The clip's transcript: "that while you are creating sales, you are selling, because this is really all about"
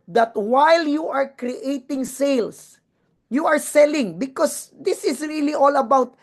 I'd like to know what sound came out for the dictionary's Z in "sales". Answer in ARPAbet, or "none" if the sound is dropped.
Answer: S